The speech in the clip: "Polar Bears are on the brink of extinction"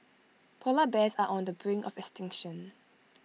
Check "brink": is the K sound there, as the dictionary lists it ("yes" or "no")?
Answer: no